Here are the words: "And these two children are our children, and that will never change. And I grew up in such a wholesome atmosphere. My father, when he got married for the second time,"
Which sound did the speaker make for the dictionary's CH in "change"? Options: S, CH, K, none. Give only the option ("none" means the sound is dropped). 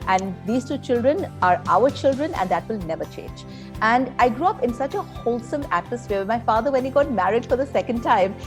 CH